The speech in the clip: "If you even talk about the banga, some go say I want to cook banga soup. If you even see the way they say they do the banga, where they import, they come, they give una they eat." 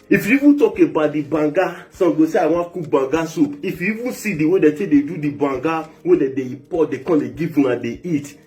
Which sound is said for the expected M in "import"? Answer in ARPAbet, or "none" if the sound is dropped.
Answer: none